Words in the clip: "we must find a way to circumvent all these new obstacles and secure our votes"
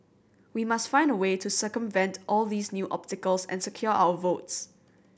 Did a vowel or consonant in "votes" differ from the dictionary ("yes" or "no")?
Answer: no